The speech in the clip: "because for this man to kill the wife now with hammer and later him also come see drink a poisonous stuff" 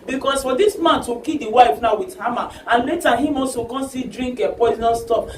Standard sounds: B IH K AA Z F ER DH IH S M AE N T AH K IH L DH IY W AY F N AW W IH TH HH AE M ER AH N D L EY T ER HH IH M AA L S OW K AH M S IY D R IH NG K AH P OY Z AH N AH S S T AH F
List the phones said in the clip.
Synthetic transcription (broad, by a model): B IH K AA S F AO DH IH S M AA N T AH K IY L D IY W AY F N AW W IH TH HH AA M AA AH N L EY T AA HH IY M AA S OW K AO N S IY D R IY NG K AH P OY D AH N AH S S T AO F